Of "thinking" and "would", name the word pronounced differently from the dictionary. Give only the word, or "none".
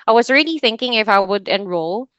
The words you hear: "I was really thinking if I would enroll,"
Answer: none